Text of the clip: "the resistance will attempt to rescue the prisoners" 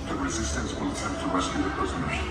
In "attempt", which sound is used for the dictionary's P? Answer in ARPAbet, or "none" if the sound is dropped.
none